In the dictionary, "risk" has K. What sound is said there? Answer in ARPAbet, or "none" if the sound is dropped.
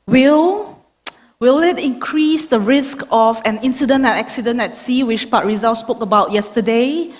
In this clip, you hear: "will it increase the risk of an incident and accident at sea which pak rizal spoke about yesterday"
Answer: K